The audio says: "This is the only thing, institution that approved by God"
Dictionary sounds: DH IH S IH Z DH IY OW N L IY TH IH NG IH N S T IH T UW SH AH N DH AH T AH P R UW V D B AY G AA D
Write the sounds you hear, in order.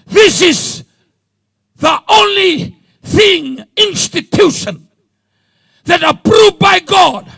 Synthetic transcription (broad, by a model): DH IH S IH Z DH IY OW N L IY TH IH NG IH N S T IH T UW SH AH N DH AH T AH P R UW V B AY G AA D